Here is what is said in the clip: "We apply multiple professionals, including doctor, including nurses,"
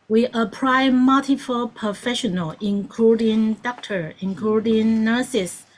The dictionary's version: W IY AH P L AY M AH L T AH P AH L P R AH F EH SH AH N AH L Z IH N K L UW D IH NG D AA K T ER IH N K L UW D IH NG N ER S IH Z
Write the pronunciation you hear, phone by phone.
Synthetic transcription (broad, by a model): W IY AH P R AY M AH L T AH F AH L P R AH F EH SH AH N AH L IH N K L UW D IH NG D AA K T ER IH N K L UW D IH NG N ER S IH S